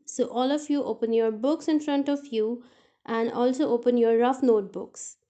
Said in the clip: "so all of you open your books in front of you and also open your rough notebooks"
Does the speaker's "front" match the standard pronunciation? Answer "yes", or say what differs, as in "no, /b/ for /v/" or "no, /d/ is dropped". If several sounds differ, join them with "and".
yes